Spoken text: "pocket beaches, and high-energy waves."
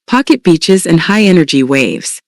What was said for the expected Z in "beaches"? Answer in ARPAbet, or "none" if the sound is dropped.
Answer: Z